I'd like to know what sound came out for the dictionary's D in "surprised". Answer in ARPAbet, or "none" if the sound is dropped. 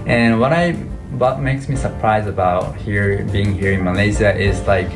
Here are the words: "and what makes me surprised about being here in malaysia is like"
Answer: none